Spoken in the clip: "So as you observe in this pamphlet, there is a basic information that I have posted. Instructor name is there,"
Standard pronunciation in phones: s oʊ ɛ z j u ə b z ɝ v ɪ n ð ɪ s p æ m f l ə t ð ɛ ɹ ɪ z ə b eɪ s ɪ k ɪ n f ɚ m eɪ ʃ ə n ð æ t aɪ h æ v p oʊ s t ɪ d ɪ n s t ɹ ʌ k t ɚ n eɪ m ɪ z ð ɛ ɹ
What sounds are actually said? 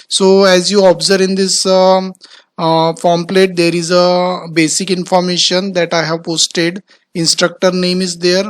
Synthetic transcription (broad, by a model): s oʊ ɛ z j u ə b z ɝ v ɪ n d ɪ s f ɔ m p l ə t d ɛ ɹ ɪ z ə b eɪ s ɪ k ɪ n f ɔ m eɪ ʃ ə n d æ t aɪ h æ v p oʊ s t ɪ d ɪ n s t ɹ ʌ k t ɚ n eɪ m ɪ z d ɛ ɹ